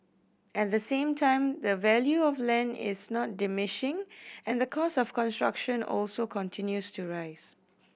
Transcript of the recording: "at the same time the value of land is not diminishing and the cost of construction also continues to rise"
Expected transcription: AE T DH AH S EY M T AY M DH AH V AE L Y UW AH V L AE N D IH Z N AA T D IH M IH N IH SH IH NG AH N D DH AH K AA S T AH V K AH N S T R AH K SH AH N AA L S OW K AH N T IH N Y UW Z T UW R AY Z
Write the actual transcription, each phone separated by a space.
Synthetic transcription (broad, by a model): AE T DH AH S EY M T AY M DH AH V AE L Y UW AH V L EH N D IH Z N AA T D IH M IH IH SH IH NG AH N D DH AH K AA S AH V K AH N S T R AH K SH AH N AA L S OW K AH N T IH N Y UW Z T UW R AY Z